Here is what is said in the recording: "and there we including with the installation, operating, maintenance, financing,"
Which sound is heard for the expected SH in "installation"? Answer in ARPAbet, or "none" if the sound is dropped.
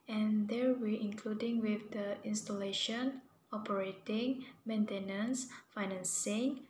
SH